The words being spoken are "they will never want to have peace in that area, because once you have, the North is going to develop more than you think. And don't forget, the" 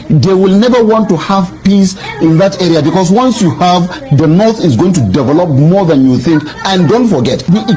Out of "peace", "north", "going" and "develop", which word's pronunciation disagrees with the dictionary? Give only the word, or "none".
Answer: none